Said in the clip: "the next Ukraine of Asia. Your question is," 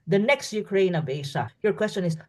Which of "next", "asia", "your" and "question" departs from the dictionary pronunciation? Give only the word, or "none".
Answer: asia